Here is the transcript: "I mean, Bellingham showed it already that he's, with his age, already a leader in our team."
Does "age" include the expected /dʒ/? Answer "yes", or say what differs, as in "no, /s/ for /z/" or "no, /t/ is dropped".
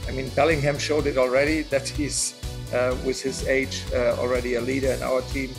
yes